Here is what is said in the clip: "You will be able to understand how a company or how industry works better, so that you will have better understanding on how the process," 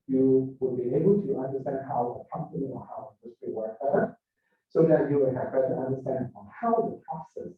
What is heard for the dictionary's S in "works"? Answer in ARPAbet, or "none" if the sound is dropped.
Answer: none